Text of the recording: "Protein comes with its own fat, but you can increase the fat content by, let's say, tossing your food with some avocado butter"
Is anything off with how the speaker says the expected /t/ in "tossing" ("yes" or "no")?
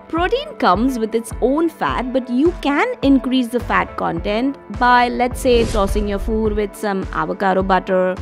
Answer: yes